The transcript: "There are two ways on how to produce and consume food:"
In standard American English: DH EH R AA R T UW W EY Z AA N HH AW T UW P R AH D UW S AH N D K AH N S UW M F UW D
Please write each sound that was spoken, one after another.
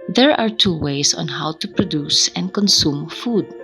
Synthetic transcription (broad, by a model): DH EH R AA R T UW W EY S AA N HH AW T UW P R AH D UW S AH N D K AH N S UW M F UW D